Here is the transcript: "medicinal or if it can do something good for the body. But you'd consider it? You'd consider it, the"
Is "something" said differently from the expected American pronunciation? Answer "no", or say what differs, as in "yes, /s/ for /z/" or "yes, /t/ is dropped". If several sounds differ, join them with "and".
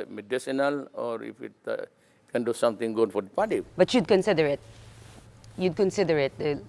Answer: yes, /t/ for /θ/